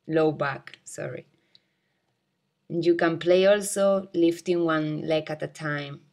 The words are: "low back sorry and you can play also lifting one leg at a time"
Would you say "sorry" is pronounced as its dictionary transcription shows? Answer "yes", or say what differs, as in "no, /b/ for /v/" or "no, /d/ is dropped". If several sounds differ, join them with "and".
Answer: yes